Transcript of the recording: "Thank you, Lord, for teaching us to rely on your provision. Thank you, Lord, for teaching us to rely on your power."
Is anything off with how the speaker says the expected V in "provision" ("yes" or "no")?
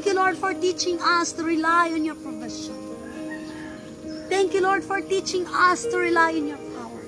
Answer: yes